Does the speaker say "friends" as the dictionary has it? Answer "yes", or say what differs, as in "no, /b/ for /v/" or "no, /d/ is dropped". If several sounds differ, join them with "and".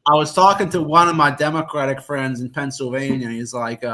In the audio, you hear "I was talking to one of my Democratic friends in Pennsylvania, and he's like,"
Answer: yes